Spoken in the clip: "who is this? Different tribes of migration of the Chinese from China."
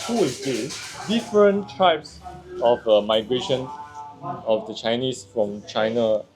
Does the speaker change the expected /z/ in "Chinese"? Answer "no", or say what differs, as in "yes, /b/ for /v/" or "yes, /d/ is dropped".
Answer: yes, /s/ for /z/